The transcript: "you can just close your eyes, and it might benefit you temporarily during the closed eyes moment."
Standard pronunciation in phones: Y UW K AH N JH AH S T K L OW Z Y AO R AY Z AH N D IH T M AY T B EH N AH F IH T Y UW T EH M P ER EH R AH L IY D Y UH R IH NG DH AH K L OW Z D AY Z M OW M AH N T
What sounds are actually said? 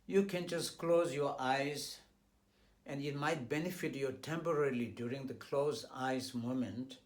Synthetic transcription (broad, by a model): Y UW K AH N JH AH S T K L OW Z Y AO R AY Z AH N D IH T M AY T B EH N AH F IH T Y UW T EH M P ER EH R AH L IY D Y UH R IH NG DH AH K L OW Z AY Z M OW M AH N T